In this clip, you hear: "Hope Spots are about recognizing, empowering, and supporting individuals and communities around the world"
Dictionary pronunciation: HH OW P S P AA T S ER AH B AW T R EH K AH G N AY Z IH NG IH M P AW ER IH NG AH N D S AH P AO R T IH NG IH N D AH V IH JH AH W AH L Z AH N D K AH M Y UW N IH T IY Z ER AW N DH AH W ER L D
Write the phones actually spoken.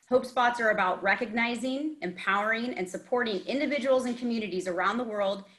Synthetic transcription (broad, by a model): HH OW P S P AA T S ER AH B AW T R EH K AH G N AY Z IH NG IH M P AW ER IH NG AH N S AH P AO R T IH NG IH N D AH V IH JH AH W L Z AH N K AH M Y UW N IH T IY Z ER AW N DH AH W ER L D